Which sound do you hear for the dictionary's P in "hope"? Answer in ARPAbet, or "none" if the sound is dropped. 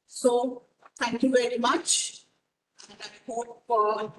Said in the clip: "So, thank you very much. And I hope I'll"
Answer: F